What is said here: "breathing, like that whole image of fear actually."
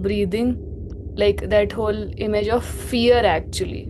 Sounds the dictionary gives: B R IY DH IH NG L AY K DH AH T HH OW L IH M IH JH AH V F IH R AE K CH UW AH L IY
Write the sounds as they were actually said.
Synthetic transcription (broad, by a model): B R IY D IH NG L AY K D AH T HH OW L IH M IH JH AH V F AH R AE K CH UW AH L IY